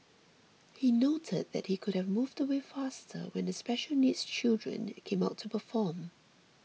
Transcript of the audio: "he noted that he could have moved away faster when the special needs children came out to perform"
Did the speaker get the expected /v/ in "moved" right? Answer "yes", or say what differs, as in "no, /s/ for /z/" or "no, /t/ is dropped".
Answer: yes